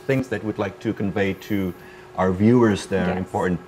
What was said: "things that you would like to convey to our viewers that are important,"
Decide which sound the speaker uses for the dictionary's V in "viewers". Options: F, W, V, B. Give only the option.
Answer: V